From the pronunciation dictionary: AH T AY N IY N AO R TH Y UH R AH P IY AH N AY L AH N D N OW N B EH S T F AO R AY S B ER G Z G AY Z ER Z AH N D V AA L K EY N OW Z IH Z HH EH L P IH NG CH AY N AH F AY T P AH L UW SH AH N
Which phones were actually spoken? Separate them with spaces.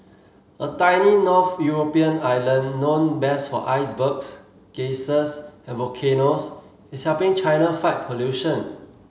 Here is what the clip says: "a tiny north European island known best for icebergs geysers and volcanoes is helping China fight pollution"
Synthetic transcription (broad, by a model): AH T AY N IY N AO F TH Y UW R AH P IY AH N AY L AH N N OW N B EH S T F AO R AY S B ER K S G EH S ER S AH N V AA K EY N OW S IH S HH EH P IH NG CH AY N AH F AY T P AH L UW SH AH N